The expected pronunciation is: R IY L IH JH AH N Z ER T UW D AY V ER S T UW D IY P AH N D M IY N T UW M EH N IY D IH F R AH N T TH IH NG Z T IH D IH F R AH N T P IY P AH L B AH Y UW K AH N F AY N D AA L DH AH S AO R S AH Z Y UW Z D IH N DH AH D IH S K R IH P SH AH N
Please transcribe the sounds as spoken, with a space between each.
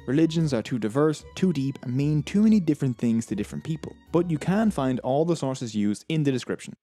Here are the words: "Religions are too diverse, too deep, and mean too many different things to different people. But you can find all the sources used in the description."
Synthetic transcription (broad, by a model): R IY L IH JH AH N Z ER T UW D AY V ER S T UW D IY P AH N M IY N T UW M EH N IY D IH F R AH N TH IH NG Z T IH D IH F R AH N P IY P AH L B AH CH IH K AH N F AY N D AA L DH AH S AO R S AH Z Y UW Z D IH N DH AH D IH S K R IH P SH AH N